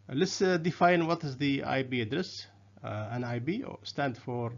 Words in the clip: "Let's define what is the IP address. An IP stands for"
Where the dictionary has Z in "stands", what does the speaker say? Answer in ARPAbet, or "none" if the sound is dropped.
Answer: none